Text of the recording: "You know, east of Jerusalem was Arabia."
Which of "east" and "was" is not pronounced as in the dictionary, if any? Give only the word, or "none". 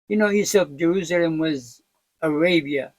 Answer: east